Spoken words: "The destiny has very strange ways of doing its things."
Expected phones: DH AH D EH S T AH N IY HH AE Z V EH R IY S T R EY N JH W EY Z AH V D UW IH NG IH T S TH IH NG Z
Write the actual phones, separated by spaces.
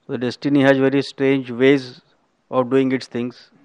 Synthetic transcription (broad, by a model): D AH D EH S T AH N IY HH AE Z V EH R IY S T R EY N JH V EY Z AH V D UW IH NG IH T S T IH NG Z